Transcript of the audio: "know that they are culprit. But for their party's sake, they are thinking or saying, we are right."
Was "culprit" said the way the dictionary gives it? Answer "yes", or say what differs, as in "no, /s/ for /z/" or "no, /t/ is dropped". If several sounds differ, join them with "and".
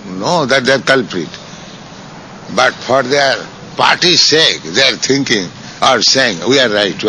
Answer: yes